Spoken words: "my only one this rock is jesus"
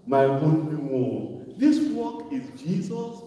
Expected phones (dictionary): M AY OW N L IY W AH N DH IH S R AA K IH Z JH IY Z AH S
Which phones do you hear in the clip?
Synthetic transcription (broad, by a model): M AY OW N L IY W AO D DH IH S W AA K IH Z JH IY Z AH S